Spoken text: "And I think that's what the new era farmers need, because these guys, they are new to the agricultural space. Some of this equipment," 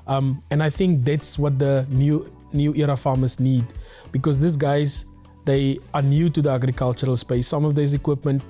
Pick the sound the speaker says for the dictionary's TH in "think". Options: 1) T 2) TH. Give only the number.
2